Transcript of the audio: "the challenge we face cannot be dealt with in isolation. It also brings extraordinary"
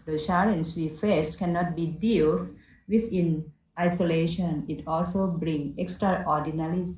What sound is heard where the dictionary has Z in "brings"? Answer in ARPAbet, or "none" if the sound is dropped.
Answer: none